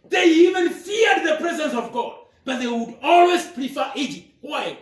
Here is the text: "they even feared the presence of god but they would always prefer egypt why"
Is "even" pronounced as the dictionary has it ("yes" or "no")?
yes